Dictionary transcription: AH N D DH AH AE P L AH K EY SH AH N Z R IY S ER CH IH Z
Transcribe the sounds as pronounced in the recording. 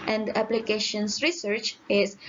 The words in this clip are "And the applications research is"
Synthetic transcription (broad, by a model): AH N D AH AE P L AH K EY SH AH N S R IY S ER CH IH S